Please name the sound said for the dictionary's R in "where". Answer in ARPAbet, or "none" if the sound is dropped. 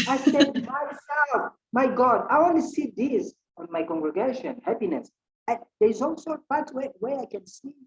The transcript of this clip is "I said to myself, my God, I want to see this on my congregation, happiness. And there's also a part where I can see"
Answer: W